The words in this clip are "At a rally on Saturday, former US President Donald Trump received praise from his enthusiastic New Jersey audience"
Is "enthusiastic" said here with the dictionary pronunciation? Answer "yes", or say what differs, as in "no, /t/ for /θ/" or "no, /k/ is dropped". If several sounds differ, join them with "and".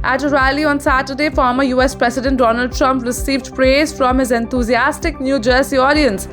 no, /t/ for /θ/